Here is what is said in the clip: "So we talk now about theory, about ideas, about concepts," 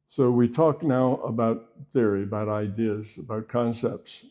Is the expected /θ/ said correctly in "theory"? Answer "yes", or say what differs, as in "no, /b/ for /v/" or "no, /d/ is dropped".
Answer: yes